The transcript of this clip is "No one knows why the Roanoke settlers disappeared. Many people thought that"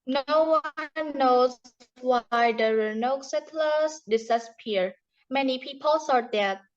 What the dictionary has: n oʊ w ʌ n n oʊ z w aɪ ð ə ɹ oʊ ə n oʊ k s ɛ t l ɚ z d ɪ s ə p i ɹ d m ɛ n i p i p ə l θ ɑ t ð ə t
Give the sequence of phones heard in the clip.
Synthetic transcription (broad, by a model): n oʊ w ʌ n n oʊ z w aɪ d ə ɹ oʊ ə n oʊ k s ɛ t l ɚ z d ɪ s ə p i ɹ m ɛ n i p i p ə l s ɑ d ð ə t